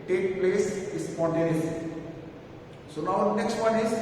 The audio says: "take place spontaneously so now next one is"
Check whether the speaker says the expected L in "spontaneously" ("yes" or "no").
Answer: no